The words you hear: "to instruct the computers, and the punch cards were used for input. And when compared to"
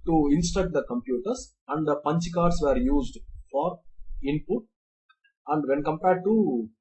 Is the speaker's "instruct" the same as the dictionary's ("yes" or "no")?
no